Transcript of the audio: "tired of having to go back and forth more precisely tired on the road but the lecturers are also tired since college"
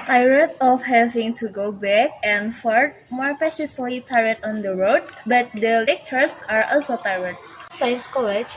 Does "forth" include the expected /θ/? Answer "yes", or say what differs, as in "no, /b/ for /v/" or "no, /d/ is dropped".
no, /t/ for /θ/